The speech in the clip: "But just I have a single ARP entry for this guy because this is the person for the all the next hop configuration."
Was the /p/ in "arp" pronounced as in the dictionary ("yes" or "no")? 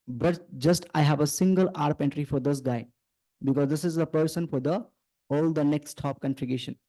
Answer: yes